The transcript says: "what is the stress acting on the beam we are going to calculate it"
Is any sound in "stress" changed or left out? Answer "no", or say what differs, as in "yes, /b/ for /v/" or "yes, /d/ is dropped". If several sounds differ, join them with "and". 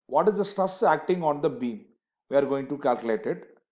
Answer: yes, /ɹ/ is dropped